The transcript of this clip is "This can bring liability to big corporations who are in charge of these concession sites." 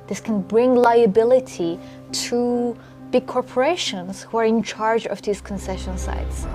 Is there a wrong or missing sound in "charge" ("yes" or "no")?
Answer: no